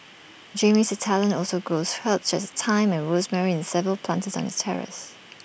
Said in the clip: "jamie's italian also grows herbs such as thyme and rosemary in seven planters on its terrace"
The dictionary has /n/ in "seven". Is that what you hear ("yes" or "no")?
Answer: no